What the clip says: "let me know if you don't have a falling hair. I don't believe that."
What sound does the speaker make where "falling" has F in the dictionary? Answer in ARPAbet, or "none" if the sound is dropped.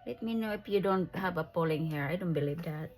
P